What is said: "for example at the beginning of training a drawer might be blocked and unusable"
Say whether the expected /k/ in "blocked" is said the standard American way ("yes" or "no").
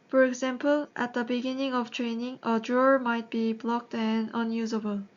yes